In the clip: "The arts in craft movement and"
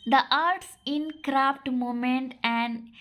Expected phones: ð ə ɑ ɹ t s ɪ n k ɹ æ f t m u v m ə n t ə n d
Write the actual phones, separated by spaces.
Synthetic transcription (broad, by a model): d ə ɑ ɹ t s ɪ n k ɹ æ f t m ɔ m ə n t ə n d